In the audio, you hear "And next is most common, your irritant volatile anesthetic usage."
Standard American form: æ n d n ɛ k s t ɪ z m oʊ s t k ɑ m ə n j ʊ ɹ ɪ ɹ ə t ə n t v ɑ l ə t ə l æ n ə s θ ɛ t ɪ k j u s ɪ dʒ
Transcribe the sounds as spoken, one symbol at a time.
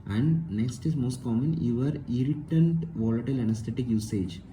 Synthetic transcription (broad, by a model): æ n d n ɛ k s t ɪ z m oʊ s t k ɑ m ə n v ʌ ɹ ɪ ɹ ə t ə n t v ɑ l ə t ə l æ n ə s t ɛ t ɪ k j u s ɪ dʒ